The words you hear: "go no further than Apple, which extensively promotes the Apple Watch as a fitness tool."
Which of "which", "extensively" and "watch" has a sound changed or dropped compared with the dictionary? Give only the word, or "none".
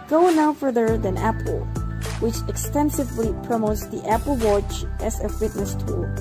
none